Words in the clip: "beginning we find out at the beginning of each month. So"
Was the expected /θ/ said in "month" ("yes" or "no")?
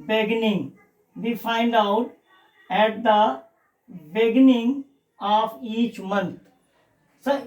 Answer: no